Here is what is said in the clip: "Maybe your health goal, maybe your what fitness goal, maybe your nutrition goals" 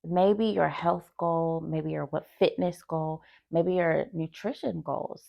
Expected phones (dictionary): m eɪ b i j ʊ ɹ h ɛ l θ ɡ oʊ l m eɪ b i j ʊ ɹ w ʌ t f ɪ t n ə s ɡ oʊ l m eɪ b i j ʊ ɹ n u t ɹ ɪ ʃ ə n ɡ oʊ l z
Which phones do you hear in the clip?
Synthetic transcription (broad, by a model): m eɪ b i j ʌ ɹ h ɛ l θ ɡ oʊ l m eɪ b i j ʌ ɹ w ʌ t f ɪ t n ə s ɡ oʊ l m eɪ b i j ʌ ɹ n u t ɹ ɪ ʃ ə n ɡ oʊ l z